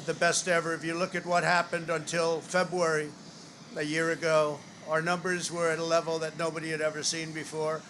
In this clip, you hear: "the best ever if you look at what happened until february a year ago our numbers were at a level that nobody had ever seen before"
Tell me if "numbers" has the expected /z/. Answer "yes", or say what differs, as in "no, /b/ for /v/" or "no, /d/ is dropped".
yes